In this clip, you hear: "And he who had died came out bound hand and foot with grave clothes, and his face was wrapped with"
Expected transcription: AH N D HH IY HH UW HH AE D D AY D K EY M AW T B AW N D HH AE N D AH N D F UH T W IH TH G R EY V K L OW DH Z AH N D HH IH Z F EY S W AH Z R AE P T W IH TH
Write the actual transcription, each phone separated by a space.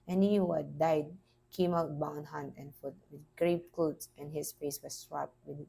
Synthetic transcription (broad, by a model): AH N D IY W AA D D AY D K EY M AW T B AW N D HH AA N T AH N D F UH T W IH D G R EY P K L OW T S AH N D HH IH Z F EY S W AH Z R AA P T W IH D